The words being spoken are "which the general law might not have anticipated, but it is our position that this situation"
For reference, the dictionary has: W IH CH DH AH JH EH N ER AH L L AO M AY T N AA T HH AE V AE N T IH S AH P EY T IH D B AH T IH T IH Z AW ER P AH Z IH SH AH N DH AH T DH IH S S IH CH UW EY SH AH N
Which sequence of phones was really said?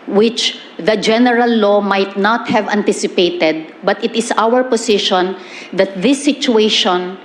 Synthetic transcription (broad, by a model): W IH CH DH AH JH EH N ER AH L L AO M AY T N AA T HH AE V AE N T IH S AH P EY T IH D B AH T IH T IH S AW ER P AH S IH SH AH N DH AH T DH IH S S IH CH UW EY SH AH N